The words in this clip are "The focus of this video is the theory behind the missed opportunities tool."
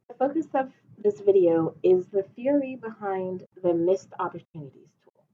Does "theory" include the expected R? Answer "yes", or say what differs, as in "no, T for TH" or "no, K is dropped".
yes